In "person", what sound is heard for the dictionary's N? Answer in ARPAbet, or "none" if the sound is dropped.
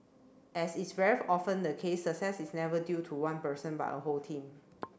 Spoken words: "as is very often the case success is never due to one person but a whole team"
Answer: N